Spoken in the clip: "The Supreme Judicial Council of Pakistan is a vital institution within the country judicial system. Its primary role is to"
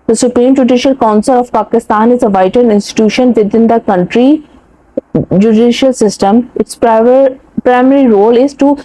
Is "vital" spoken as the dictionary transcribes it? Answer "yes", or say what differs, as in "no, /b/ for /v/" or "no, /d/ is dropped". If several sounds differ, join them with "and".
no, /n/ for /l/